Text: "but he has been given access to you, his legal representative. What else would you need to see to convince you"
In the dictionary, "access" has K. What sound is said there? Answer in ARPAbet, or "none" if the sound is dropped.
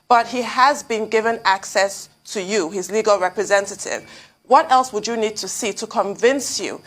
K